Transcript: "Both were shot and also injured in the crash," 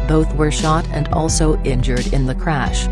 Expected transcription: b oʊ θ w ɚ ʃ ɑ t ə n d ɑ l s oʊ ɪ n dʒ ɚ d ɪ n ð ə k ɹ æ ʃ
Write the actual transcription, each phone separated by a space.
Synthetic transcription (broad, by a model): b oʊ θ w ɚ ʃ ɑ t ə n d ɑ l s oʊ ɪ n dʒ ɚ d ɪ n ð ə k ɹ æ ʃ